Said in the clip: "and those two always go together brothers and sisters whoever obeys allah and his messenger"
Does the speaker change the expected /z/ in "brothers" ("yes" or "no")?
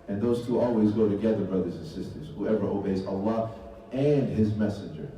no